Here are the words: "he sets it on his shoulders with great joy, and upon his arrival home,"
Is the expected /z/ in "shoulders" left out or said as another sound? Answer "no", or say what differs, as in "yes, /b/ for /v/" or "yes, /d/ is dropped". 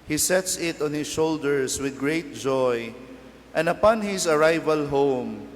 yes, /s/ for /z/